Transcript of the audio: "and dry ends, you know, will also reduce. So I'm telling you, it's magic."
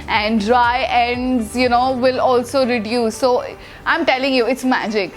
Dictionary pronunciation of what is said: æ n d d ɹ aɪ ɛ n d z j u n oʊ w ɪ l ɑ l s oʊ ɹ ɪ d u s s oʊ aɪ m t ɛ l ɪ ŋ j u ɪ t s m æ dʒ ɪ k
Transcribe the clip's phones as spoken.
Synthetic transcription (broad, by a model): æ n d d ɹ aɪ ɛ n d z j u n oʊ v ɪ l ɑ l s oʊ ɹ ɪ d u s s oʊ aɪ m t ɛ l ɪ ŋ j u ɪ t s m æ dʒ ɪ k